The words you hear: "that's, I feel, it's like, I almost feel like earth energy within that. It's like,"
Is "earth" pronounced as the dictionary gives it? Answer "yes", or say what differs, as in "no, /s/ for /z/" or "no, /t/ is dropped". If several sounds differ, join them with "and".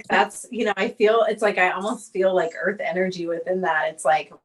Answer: yes